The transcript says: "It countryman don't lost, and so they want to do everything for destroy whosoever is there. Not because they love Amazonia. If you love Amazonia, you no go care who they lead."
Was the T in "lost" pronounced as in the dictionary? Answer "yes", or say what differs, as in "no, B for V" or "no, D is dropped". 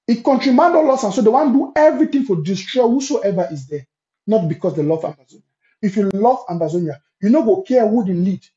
no, T is dropped